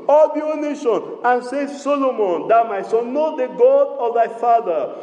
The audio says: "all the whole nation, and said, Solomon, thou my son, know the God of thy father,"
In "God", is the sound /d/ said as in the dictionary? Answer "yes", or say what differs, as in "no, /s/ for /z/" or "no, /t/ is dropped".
yes